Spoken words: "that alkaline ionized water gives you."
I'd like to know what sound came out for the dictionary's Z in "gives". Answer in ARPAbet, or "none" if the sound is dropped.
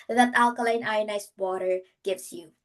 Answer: S